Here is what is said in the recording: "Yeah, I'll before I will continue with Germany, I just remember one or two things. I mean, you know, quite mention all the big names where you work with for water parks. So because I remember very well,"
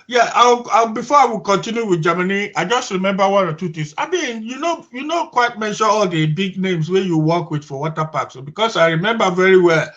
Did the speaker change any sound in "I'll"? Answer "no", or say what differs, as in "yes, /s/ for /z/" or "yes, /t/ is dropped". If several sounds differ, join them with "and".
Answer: yes, /w/ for /l/